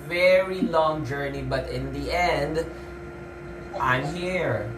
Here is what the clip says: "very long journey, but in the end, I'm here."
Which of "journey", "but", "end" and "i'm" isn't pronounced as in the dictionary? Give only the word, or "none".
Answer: none